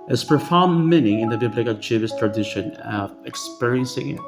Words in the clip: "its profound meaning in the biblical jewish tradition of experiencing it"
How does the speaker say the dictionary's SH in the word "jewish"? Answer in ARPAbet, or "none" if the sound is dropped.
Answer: S